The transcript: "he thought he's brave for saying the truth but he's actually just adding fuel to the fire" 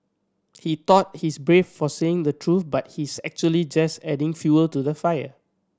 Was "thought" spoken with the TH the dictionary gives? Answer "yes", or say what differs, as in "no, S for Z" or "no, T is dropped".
no, T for TH